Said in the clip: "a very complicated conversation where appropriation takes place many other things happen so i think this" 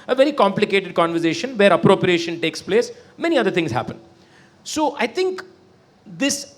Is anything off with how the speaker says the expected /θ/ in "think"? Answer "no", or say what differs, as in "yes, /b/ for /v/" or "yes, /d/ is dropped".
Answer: yes, /t/ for /θ/